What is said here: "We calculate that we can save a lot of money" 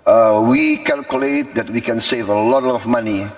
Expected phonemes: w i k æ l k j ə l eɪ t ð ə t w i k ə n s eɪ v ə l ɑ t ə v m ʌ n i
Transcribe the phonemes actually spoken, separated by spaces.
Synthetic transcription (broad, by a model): w i k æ l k j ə l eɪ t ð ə t w i k ə n s eɪ v ə l ɑ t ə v m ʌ n i